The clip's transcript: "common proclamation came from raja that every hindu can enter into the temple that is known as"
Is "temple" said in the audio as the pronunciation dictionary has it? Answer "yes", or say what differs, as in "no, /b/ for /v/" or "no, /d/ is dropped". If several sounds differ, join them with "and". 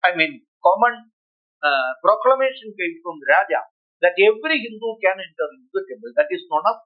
no, /p/ is dropped